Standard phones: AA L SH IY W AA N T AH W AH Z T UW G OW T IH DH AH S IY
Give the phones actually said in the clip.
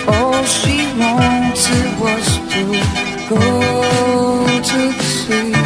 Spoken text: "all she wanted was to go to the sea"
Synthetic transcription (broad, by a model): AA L SH IY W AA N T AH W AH S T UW G OW T IH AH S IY